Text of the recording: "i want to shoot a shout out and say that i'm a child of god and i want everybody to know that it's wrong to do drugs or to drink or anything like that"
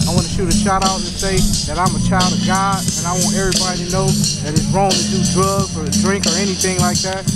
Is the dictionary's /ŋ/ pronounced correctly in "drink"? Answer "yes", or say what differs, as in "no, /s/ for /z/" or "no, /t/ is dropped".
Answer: yes